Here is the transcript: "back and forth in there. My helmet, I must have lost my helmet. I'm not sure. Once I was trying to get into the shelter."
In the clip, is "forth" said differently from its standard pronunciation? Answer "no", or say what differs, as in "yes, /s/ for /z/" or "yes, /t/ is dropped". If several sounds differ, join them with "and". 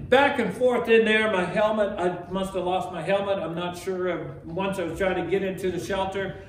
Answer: no